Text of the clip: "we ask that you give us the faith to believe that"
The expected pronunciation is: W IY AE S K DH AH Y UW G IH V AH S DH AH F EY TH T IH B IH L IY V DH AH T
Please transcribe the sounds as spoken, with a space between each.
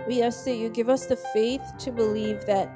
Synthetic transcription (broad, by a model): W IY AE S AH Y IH G IH V AH S DH AH F EY TH T IH B IH L IY V DH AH T